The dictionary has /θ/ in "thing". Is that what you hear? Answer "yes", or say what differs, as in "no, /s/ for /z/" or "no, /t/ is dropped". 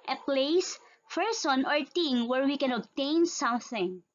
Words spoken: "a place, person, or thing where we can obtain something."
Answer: no, /t/ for /θ/